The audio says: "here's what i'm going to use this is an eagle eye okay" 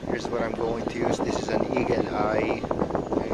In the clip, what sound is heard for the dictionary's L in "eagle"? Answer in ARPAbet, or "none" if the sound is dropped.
N